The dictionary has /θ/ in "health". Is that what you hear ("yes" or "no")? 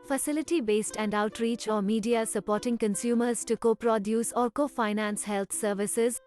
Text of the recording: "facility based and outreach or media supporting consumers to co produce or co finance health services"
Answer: no